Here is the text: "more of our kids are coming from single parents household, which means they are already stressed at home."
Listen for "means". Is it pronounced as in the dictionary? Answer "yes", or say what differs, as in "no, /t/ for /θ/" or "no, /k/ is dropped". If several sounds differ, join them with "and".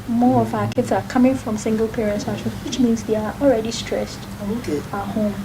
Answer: yes